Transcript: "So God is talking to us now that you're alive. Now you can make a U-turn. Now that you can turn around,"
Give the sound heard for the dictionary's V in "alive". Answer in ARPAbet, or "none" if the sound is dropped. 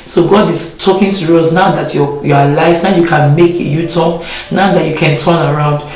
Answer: F